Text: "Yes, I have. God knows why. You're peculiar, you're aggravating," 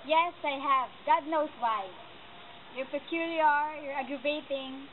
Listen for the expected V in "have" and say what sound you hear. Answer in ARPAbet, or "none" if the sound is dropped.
V